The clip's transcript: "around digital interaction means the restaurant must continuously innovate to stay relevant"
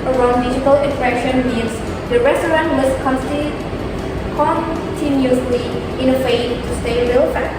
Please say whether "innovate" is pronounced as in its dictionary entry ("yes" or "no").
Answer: no